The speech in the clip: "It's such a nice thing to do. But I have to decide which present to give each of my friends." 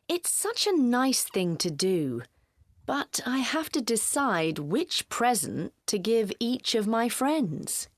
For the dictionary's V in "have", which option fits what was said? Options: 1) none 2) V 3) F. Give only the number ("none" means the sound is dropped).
3